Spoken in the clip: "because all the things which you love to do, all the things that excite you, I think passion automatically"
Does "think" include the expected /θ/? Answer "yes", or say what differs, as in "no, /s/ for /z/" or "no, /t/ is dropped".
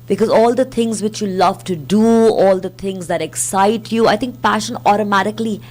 no, /t/ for /θ/